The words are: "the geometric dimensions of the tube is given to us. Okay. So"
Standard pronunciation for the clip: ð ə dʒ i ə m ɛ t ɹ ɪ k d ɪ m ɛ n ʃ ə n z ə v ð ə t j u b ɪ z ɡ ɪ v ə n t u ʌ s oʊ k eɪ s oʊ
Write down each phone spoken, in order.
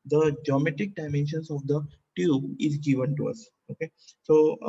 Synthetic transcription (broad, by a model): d ə dʒ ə m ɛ t ɪ k d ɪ m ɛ n ʃ ə n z ə v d ə t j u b ɪ z ɡ ɪ v ə n t u ʌ s oʊ k eɪ s oʊ